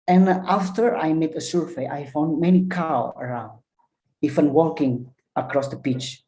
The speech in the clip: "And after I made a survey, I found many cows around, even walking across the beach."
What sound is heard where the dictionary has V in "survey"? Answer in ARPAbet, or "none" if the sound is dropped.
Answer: F